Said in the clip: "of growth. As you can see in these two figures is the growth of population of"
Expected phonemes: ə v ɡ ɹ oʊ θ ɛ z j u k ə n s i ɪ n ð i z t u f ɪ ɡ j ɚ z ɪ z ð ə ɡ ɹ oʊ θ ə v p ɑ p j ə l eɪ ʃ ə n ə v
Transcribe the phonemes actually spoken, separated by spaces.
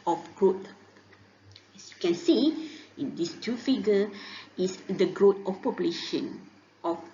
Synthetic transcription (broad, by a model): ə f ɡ ɹ oʊ t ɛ s j u k ə n s i ɪ n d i s t u f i ɡ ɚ ɪ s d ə ɡ ɹ oʊ t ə f p ɑ p j ə l eɪ ʃ ə n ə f